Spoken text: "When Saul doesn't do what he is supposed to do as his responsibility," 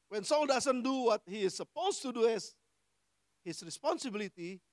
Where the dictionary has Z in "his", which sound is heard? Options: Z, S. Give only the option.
S